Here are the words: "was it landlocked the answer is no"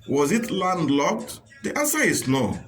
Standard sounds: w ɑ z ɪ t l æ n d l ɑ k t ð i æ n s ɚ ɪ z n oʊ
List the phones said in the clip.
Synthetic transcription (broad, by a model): w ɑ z ɪ t l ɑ n d l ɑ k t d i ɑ s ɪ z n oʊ